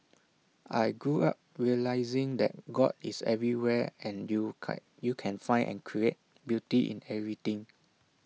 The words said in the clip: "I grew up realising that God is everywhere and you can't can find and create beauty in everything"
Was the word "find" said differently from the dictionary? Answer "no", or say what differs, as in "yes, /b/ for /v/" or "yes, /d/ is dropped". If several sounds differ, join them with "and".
yes, /d/ is dropped